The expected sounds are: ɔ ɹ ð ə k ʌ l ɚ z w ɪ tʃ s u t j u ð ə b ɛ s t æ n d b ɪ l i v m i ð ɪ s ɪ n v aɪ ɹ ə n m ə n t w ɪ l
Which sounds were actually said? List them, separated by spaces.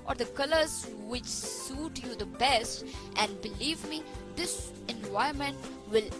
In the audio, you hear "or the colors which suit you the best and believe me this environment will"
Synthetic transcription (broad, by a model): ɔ ɹ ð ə k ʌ l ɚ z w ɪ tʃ s u t j u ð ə b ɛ s t æ n d b ɪ l i v m i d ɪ s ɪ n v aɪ ə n m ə n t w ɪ l